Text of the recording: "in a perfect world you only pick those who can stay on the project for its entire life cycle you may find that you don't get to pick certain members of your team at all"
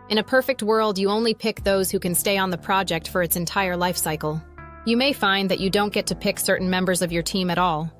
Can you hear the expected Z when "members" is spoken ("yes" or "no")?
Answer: yes